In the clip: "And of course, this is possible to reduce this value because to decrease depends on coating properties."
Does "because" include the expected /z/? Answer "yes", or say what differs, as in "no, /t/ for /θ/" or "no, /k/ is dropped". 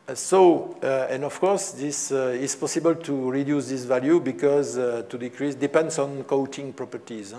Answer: yes